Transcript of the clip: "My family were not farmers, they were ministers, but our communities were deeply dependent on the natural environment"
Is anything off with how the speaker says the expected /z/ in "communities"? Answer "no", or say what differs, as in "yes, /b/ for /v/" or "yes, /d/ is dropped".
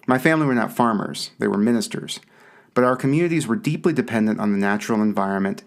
no